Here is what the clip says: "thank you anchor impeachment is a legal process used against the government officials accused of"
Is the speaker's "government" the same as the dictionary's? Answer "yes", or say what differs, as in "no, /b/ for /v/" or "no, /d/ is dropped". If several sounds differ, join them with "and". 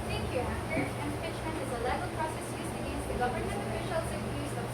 no, /m/ is dropped and /t/ is dropped